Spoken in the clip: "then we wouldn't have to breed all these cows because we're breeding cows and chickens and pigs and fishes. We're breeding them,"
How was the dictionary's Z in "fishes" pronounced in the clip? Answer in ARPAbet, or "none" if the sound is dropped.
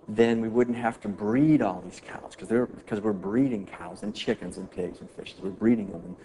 Z